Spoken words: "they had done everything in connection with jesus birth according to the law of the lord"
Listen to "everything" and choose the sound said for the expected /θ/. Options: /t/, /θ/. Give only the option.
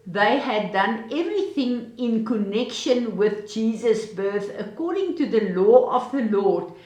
/θ/